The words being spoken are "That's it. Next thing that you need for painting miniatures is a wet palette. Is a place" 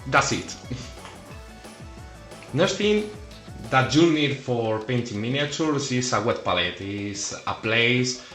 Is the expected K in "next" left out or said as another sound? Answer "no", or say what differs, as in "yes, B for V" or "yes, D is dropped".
yes, K is dropped